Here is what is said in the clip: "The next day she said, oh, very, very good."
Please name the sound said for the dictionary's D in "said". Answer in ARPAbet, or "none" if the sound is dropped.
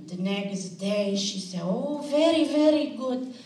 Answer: none